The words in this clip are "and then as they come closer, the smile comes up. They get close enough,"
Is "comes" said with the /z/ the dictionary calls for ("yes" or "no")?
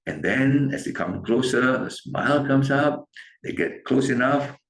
no